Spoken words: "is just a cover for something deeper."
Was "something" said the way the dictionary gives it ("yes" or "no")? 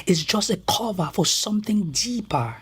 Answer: yes